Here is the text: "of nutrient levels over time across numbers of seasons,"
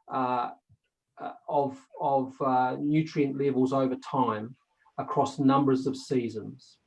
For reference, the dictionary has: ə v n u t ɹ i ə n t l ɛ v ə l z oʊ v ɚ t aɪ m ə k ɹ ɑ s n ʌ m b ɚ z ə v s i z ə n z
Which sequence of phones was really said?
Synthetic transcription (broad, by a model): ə v n u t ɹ i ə n t l ɛ v ə l z oʊ v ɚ t aɪ m ə k ɹ ɑ s n ʌ m b ɚ z ə v s i z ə n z